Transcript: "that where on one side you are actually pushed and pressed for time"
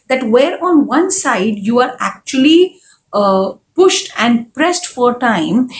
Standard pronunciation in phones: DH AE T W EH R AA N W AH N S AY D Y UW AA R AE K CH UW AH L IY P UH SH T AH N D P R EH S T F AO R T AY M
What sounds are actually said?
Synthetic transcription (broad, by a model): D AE T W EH R AA N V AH N S AY D Y UW AA R AE K CH UW AH L IY P UH SH T AH N D P R EH S T F AO R T AY M